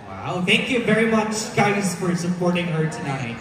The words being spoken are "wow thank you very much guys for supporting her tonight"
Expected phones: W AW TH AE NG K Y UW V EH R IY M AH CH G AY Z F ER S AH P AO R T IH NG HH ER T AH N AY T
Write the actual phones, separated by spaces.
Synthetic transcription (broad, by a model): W AW TH AE NG K Y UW V EH R IY M AH CH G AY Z F ER S AH P AO R T IH NG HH ER T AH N AY T